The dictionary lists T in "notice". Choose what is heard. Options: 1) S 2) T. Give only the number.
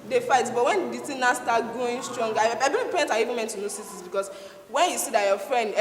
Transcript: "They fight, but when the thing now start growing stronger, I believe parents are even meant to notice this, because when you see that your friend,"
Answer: 1